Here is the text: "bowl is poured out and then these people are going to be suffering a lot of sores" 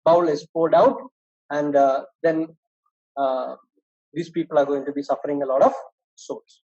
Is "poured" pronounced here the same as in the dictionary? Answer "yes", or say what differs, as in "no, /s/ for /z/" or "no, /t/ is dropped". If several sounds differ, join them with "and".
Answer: no, /l/ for /ɹ/